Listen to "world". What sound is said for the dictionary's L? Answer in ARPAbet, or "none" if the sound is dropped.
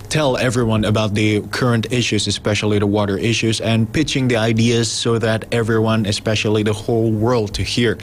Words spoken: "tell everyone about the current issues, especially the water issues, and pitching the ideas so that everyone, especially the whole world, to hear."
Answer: L